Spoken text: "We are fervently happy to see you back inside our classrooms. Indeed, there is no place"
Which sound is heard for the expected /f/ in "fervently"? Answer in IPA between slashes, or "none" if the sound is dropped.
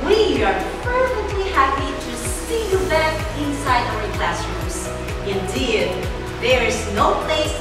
/p/